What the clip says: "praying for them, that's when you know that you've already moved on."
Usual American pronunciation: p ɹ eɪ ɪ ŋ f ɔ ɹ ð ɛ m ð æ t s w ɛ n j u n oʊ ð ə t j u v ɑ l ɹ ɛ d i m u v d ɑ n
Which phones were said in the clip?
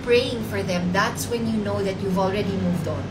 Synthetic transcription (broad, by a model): p ɹ eɪ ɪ ŋ f ɔ ɹ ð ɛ m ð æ t s w ɛ n j u n oʊ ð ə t j u v ɑ l ɹ ɛ d i m u v d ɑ n